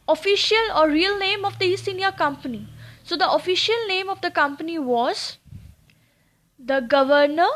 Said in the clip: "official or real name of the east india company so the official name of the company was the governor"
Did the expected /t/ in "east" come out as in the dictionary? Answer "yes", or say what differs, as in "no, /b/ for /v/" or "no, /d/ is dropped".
no, /t/ is dropped